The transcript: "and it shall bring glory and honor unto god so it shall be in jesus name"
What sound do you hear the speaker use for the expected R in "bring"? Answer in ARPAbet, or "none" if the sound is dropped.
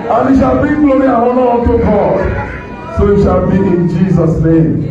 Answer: none